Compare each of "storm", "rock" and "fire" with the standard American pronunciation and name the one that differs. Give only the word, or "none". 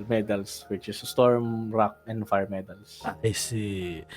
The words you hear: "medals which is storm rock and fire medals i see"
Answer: none